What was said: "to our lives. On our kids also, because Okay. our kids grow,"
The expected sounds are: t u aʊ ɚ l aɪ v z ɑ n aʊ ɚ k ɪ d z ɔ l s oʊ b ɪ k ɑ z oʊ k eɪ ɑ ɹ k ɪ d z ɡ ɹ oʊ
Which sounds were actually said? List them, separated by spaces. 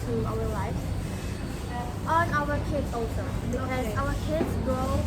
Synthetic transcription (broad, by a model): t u aʊ ɚ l aɪ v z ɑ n aʊ ɚ k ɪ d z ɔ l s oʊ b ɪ ɑ oʊ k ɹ k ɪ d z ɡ ɹ oʊ